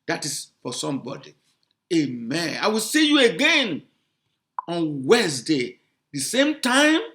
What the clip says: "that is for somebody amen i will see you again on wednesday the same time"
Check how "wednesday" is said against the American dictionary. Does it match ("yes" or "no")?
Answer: no